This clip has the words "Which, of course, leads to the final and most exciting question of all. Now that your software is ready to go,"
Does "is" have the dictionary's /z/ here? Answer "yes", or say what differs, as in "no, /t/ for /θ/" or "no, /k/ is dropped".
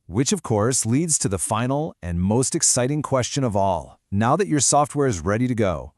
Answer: yes